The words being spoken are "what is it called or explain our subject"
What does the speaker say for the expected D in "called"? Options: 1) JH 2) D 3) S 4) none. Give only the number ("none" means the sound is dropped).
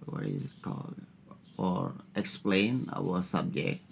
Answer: 4